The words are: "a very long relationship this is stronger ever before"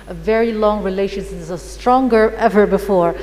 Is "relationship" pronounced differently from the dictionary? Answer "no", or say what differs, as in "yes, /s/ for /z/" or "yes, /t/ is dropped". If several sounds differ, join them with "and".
yes, /ʃ/ is dropped and /n/ is dropped